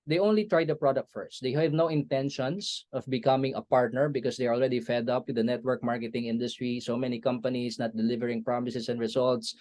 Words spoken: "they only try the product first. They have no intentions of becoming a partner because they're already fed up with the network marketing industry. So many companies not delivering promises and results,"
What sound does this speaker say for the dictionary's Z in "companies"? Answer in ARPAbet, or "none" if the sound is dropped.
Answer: S